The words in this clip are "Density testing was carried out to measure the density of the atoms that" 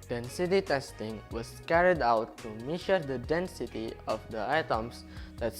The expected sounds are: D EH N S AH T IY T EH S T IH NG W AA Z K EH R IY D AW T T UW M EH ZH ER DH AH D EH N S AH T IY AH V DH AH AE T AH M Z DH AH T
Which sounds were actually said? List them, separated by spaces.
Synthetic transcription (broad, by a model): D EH N S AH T IY T EH S T IH NG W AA S K EH R IY D AW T T UW M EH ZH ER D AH D EH N S AH T IY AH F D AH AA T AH M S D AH T